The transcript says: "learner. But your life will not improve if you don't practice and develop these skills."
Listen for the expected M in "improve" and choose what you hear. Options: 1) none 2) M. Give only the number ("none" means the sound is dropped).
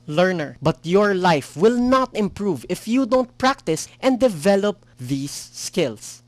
2